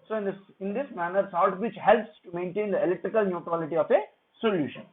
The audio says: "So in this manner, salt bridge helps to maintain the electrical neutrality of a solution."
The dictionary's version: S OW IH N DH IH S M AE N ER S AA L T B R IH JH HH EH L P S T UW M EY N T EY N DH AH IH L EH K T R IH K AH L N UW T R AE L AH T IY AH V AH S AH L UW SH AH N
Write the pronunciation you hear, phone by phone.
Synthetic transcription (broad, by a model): S OW IH N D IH S M AE N ER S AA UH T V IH CH HH EH L P S T UW M EY N T EY N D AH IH L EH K T R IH K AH L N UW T R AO L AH T IY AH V AH S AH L UW SH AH N